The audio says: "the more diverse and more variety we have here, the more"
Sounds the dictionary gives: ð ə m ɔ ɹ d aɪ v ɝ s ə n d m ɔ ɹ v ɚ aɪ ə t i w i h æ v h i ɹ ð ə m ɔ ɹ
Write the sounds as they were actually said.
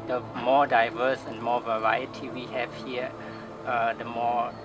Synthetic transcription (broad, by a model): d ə m ɔ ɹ d aɪ v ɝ s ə n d m ɔ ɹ v ɚ aɪ ə t i w i h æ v h i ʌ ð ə m ɔ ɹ